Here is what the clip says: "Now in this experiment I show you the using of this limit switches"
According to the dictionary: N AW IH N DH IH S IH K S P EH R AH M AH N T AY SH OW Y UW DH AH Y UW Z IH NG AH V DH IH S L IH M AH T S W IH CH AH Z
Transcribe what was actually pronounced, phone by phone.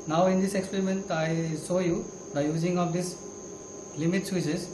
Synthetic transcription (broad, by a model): N AW IH N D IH S IH K S P EH R AH M AH N T AY S OW Y UW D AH Y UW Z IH NG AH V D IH S L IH M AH T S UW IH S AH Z